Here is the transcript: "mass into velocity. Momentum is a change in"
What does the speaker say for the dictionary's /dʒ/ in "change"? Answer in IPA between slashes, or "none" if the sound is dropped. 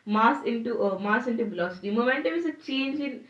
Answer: /dʒ/